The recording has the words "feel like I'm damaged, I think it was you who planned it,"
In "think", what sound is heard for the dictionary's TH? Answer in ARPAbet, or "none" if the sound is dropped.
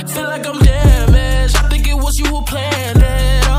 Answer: TH